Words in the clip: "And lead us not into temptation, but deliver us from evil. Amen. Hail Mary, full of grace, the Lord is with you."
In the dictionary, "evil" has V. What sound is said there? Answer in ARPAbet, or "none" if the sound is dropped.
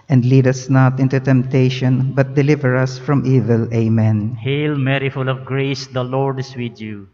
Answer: V